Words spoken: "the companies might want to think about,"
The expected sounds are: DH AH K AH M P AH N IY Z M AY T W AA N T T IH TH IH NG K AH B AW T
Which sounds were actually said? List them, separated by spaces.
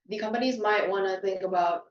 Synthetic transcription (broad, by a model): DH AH K AH M P AH N IY Z M AY T W AA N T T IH TH IH NG K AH B AW T